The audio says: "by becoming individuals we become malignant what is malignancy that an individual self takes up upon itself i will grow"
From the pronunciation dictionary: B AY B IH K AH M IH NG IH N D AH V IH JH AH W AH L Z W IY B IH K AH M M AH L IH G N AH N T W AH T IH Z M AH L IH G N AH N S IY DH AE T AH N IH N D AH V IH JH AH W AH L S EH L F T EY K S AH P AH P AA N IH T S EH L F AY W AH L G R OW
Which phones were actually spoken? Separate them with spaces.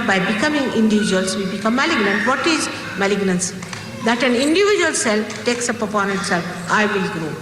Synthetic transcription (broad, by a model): B AY B IH K AH M IH NG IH N D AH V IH JH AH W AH L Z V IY B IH K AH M M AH L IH G N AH N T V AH T IH Z M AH L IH G N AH N S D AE T AH N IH N D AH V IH JH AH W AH L S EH L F T EY K S AH P AH P AA N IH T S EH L AY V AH L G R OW